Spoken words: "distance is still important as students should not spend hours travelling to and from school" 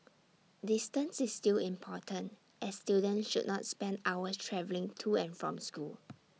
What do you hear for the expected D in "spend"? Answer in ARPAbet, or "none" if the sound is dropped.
D